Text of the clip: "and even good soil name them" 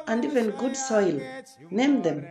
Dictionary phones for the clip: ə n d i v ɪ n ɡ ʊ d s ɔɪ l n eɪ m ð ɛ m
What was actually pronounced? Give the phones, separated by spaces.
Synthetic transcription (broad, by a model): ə n d i v ɪ n ɡ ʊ d s ɔɪ l n eɪ m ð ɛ m